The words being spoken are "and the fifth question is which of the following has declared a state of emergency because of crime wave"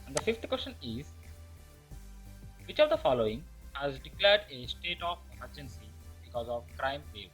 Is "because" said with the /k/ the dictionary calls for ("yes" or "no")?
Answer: yes